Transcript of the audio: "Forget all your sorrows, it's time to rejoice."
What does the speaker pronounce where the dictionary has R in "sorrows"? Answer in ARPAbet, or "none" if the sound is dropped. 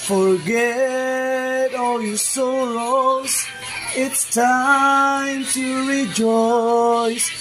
L